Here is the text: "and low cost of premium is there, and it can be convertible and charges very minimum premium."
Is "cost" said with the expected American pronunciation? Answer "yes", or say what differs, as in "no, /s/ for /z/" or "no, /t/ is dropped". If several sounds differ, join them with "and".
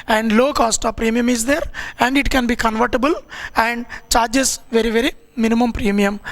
yes